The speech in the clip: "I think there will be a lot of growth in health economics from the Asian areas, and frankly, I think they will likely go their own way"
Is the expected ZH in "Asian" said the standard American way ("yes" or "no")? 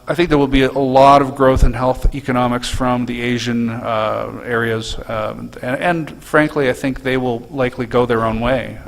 yes